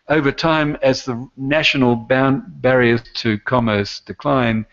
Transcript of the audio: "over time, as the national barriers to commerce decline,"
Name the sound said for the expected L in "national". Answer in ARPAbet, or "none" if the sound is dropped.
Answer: N